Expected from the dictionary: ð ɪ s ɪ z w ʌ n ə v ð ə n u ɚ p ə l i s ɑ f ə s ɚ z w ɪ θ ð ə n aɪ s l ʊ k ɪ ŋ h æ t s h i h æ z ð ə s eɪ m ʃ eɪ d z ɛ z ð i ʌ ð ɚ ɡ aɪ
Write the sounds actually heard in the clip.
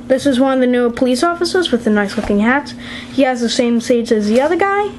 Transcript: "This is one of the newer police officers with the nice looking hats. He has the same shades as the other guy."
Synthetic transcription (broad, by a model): ð ɪ s ɪ z w ʌ n ə v ð ə n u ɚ p ə l i s ɑ f ə s ɚ z w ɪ ð ə n aɪ s l ʊ k ɪ ŋ h æ t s h i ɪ z ð ə s eɪ m s eɪ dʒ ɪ z ð i ʌ ð ɚ ɡ aɪ